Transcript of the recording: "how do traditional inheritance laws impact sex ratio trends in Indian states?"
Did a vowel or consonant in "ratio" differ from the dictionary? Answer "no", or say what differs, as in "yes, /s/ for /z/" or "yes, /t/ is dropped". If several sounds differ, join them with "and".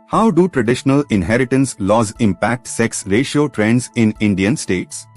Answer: no